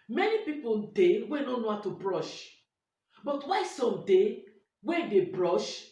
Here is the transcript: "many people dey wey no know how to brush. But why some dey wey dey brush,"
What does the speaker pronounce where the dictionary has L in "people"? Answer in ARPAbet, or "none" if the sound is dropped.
N